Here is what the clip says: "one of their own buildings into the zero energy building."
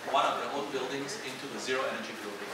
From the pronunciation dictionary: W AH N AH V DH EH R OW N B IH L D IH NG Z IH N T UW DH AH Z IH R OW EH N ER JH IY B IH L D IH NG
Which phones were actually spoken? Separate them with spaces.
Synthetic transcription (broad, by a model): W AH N AH V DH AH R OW L B IH L D IH NG Z IH N T UW DH AH Z IH R OW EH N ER JH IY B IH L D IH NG